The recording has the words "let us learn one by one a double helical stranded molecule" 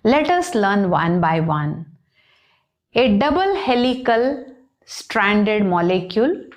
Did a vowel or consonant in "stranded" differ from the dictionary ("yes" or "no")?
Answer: no